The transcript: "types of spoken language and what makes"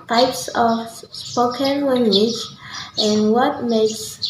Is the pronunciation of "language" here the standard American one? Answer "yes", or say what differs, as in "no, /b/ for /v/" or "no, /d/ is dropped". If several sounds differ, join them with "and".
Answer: no, /w/ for /l/